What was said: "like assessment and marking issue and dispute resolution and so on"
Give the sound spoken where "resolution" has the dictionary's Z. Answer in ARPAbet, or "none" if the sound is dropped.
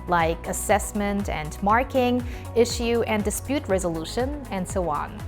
Z